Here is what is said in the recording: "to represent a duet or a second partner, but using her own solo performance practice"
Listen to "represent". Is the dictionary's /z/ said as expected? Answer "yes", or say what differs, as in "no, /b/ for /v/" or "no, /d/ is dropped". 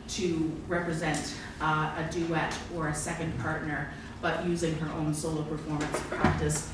yes